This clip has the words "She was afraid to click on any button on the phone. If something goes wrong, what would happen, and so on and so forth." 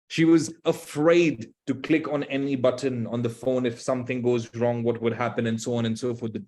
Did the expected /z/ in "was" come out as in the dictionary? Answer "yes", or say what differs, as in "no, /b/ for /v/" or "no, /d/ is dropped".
yes